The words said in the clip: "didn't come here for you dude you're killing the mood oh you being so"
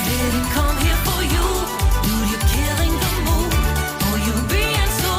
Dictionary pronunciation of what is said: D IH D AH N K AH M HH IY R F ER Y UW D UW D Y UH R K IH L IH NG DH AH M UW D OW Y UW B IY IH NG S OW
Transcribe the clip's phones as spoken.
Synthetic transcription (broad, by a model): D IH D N K AH M HH IY R F ER Y UW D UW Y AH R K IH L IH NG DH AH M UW OW Y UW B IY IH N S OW